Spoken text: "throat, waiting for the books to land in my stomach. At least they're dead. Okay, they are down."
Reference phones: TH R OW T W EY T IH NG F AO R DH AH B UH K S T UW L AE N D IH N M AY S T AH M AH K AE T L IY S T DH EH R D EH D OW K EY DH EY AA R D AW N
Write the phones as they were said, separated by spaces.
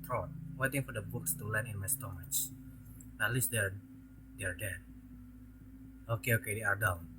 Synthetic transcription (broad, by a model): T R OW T W EY T IH NG F AO R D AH B UH K S T UW L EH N IH N M AY S T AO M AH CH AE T L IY S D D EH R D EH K OW K EY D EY AA R D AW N